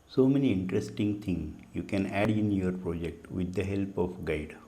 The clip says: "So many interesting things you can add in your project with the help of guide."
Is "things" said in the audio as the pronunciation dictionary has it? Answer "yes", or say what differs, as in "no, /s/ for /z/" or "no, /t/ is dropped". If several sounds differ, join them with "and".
no, /t/ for /θ/ and /z/ is dropped